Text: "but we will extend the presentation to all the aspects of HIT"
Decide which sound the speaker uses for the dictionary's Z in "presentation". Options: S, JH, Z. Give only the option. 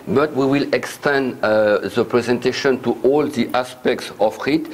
Z